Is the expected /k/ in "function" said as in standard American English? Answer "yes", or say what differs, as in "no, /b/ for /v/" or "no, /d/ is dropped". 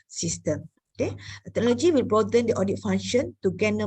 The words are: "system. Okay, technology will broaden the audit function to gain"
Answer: no, /k/ is dropped